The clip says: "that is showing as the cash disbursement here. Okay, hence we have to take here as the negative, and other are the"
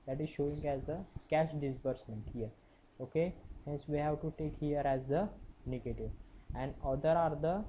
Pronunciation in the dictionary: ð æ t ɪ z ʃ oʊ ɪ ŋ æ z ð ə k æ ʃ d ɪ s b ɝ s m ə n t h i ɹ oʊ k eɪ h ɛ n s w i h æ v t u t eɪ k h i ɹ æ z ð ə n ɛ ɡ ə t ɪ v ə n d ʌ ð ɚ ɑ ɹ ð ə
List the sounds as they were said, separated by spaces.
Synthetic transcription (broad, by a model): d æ t ɪ z ʃ oʊ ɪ ŋ æ z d ə k æ ʃ d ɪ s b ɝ s m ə n t h i ɹ oʊ k eɪ h ɛ n s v i h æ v t u t eɪ k h i ɹ æ z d ə n ɛ ɡ ə t ɪ v ə n d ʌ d ɚ ɑ ɹ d ə